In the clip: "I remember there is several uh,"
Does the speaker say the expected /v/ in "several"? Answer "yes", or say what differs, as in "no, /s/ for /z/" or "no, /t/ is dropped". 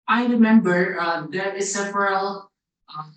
no, /f/ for /v/